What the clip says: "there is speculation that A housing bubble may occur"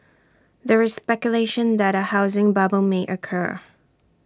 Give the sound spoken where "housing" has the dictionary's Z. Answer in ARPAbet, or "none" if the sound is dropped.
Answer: Z